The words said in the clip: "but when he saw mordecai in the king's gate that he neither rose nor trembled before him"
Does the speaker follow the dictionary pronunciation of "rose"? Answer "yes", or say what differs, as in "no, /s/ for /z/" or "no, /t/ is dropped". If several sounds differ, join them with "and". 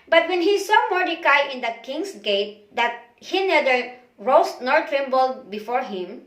no, /s/ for /z/